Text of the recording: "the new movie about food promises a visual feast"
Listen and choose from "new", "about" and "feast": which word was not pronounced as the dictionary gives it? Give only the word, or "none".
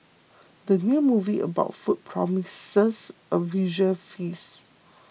feast